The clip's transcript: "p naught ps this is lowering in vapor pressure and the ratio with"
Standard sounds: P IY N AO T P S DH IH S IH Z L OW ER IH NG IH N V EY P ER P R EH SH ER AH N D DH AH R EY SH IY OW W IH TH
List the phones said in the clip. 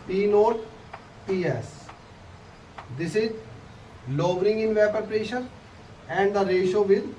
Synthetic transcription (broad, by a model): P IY N AO T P S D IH S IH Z L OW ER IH NG IH N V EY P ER P R EH SH ER AH N D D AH R EY SH OW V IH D